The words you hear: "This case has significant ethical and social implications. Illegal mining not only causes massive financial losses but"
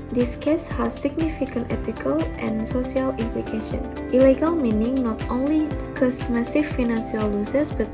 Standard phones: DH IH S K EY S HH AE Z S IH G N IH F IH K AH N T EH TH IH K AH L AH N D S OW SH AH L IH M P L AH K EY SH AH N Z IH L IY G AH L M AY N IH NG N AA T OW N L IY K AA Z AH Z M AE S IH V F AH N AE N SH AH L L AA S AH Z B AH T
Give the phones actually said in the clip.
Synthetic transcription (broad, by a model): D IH S K EY S HH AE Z S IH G N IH F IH K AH N T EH T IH K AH L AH N S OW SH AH L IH M P L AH K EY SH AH N IH L IY G AH L M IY N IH NG N AA T OW N L IY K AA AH S M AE S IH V F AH N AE N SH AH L L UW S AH S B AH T